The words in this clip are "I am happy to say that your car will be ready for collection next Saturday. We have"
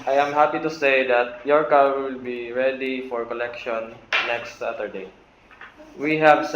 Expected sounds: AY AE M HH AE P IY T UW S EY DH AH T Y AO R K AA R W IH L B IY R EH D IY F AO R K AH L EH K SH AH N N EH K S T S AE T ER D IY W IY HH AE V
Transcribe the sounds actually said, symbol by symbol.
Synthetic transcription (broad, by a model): AY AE M HH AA P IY T UW S EY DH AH T Y AO R K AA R W IH L B IY R EH D IY F AO R K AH L EH K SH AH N N EH K S T S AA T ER D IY W IY HH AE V